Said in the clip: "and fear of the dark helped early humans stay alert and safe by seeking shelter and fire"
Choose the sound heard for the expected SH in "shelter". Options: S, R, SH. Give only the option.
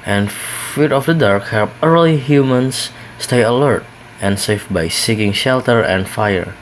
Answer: SH